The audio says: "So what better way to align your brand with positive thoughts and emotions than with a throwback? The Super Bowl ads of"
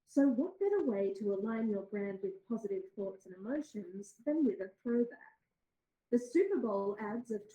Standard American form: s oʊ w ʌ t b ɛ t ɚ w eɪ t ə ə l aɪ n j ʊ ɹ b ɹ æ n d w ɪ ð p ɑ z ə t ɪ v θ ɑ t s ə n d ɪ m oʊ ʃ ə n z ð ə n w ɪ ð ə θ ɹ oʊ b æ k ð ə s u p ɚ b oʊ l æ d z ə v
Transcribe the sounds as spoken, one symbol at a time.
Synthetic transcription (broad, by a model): s oʊ w ʌ t b ɛ t ɚ w eɪ t ə ə l aɪ n j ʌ ɹ b ɹ æ n d w ɪ ð p ɑ z ə t ɪ v θ ɑ t s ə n ɪ m oʊ ʃ ə n z ð ə n w ɪ ð ə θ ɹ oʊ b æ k ð ə s u p ɚ b oʊ l æ d z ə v